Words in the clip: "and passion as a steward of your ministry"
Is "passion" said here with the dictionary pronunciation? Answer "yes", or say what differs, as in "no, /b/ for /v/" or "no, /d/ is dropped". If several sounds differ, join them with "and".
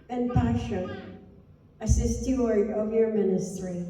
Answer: no, /n/ is dropped